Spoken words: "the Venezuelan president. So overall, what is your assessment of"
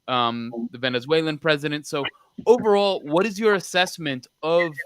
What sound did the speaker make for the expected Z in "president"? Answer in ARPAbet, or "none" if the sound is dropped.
Z